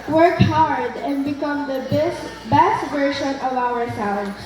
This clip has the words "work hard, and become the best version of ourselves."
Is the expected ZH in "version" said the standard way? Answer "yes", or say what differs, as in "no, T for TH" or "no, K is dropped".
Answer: no, SH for ZH